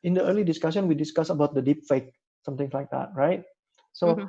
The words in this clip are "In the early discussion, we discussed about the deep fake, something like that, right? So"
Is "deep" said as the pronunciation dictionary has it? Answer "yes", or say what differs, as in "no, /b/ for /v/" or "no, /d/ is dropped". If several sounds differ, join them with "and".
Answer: yes